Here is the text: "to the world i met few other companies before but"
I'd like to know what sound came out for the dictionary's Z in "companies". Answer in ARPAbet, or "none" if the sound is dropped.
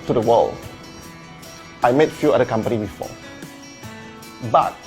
none